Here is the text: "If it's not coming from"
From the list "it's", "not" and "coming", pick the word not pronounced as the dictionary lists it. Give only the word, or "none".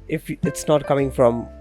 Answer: none